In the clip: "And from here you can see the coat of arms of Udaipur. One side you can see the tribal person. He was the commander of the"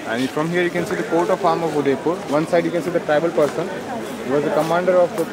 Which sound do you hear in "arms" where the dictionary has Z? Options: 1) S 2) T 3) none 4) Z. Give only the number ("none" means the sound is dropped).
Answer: 3